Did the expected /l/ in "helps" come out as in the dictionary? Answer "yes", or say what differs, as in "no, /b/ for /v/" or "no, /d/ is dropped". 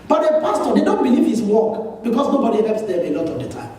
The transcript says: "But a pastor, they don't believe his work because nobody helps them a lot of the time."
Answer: no, /l/ is dropped